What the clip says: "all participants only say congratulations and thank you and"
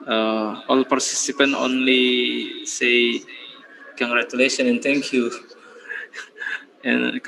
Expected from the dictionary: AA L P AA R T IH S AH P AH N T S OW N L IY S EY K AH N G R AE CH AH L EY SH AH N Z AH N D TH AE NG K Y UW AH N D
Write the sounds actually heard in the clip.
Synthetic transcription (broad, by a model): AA L P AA R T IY S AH P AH N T OW N L IY S EY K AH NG G R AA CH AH L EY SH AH N AH N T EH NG K Y UW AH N